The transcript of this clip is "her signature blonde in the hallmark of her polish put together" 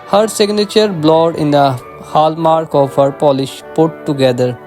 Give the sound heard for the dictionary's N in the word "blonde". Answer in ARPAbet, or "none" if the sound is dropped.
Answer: none